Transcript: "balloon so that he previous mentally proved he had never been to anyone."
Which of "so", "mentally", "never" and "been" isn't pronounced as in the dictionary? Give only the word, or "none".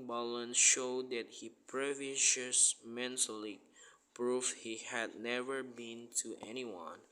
so